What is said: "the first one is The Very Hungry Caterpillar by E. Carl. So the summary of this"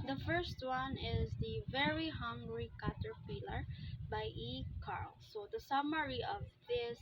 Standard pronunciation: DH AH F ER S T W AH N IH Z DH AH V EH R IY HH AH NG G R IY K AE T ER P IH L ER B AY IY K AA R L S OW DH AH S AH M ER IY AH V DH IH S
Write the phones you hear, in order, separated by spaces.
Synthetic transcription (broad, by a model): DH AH F ER S T W AH N IH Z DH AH V EH R IY HH AH NG G R IY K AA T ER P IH L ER B AY IY K AA R L S OW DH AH S AH M ER IY AH V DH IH S